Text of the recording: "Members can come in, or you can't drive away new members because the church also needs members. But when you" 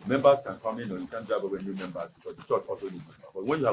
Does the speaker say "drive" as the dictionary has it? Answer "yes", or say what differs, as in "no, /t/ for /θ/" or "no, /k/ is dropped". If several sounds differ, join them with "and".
no, /b/ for /v/